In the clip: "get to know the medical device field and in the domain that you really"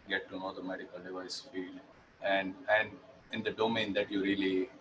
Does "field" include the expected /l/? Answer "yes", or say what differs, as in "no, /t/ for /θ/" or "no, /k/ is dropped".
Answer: no, /n/ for /l/